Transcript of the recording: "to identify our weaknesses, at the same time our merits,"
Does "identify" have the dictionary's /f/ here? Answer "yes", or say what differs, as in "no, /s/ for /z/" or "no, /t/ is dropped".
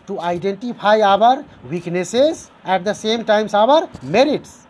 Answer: no, /p/ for /f/